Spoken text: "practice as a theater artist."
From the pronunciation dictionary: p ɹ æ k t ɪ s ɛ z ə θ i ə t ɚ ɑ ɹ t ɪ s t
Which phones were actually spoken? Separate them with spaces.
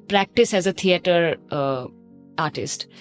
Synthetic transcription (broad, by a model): p ɹ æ k t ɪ s ɛ z ə t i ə t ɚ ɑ ɹ t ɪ s t